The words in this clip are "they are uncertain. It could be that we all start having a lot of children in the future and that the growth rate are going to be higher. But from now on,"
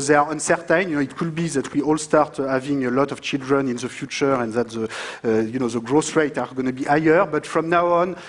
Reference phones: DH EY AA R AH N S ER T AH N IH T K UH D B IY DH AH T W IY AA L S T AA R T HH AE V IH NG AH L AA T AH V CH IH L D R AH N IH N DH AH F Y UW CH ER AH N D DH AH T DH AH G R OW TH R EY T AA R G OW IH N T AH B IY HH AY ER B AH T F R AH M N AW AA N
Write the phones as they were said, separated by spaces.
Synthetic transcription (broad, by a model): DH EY AA R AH N S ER T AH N IH T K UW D B IY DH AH T W IY AA L S T AA R T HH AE V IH NG AH L AA T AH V CH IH L D R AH N IH N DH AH F Y UW CH ER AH N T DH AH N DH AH G R OW S R EY T AA R G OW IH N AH B IY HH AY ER B AH T F R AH M N AW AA N